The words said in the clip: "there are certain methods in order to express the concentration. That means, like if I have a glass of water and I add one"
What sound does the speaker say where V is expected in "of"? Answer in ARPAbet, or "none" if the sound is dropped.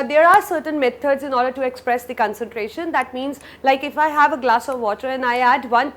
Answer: V